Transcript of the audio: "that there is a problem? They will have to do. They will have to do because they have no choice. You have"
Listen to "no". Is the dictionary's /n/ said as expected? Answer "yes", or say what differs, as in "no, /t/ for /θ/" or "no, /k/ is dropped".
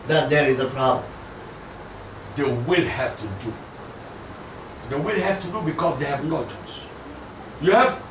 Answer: no, /l/ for /n/